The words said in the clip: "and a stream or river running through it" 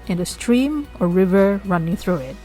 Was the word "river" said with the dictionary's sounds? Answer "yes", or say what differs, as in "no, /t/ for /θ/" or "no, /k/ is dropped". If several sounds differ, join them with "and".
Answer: yes